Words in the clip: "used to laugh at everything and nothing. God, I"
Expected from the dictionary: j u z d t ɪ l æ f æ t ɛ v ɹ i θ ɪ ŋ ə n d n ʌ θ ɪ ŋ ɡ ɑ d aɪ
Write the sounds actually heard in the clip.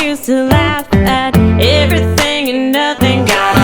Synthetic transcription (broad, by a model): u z t ɪ l æ f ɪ t ɛ v ɹ i θ ɪ ŋ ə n n ʌ θ ɪ ŋ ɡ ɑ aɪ